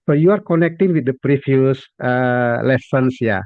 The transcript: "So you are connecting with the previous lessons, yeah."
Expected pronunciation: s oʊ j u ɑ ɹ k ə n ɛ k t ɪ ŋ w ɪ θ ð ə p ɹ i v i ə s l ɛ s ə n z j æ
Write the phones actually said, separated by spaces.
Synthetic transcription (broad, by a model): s oʊ j u ɑ ɹ k ə n ɛ k t ɪ ŋ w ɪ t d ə p ɹ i f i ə s l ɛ s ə n s j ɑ